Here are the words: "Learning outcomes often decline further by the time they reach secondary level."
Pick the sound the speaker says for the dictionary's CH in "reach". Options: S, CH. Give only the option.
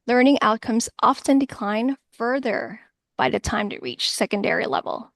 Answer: CH